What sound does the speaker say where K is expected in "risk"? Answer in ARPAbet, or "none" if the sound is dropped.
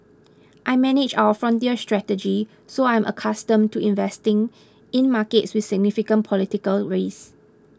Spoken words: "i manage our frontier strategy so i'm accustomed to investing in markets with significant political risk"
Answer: none